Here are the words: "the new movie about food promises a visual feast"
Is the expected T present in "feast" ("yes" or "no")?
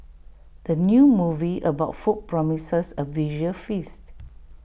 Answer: yes